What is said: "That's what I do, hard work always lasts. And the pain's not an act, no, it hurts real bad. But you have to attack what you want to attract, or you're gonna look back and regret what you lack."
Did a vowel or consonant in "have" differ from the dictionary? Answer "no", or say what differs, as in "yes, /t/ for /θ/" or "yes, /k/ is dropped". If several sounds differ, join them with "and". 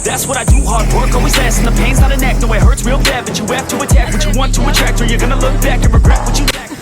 yes, /p/ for /v/